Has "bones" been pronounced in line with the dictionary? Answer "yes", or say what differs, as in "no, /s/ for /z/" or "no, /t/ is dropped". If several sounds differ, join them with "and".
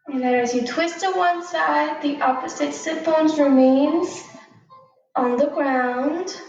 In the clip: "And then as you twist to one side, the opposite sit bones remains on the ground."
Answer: yes